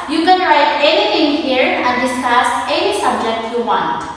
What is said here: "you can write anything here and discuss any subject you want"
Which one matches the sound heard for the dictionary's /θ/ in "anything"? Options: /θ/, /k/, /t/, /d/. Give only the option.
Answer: /t/